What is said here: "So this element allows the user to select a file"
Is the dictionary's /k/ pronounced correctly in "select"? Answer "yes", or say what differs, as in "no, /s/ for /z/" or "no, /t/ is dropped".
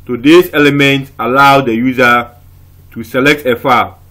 yes